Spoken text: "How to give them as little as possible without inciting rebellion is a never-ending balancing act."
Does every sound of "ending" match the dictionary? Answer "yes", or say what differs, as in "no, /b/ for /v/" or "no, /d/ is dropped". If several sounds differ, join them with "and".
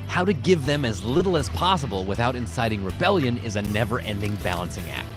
yes